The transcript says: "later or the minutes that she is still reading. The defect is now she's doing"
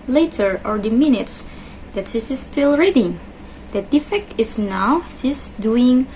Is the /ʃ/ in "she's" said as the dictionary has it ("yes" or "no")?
no